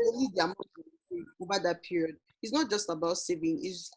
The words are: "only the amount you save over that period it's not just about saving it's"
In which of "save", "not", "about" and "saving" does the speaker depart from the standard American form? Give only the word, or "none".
save